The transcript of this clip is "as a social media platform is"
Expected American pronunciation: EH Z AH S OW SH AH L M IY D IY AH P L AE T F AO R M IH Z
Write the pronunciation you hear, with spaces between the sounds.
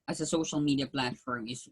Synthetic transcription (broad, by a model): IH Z AH S OW SH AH L M IY D IY AH P L AE T F AO R M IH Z